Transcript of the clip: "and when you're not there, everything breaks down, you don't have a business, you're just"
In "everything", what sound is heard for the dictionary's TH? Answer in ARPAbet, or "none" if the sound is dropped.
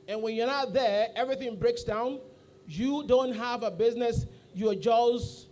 TH